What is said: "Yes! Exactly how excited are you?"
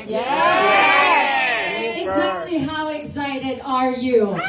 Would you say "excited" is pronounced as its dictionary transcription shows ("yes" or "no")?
yes